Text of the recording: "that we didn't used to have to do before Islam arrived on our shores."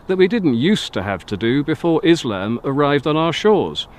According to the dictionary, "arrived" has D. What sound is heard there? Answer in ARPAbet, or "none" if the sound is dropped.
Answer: D